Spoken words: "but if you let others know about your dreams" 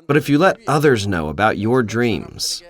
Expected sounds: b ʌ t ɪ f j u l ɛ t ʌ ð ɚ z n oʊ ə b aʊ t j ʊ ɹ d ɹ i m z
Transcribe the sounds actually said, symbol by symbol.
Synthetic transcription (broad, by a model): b ʌ t ɪ f j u l ɛ t ʌ ð ɚ z n oʊ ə b aʊ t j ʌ ɹ d ɹ i m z